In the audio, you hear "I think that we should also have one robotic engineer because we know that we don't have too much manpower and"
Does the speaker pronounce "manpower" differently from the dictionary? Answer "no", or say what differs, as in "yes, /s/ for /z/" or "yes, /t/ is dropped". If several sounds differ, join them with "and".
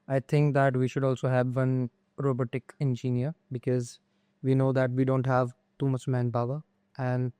yes, /b/ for /p/